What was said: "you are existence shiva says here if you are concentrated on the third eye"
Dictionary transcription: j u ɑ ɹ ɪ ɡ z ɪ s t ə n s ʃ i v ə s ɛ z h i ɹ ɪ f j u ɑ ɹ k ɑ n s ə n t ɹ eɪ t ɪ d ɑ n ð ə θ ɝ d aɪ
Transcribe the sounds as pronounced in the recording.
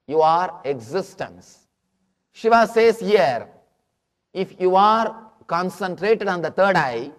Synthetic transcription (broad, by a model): j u ɑ ɹ ɪ ɡ z ɪ s t ə n s ʃ i v ə s ɛ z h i ɹ ɪ f j u ɑ ɹ k ɑ n s ə n t ɹ eɪ t ɪ d ɑ n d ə t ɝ d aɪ